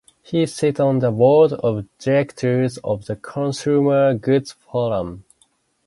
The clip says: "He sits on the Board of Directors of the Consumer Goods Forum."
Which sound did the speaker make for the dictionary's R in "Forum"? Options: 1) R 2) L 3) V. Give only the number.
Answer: 2